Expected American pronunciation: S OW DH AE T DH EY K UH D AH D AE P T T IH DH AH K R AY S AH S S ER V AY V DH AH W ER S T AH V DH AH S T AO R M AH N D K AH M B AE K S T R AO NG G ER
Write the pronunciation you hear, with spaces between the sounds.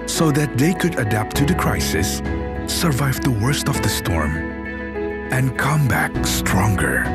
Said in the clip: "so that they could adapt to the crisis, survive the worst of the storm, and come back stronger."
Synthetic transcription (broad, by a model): S OW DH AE T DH EY K UH D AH D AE P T T IH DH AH K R AY S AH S S ER V AY V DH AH W ER S T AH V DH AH S T AO R M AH N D K AH M B AE K S T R AO NG G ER